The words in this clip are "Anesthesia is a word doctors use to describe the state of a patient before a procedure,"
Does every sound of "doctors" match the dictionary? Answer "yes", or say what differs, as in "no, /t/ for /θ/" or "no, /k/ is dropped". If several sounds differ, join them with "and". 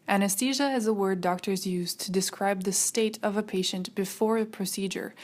yes